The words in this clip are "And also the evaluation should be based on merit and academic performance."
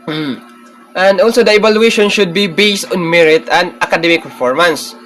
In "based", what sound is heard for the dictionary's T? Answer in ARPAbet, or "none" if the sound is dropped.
T